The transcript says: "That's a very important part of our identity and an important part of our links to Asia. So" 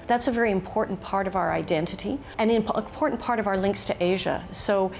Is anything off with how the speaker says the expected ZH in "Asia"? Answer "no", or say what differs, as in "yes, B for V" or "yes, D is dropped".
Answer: no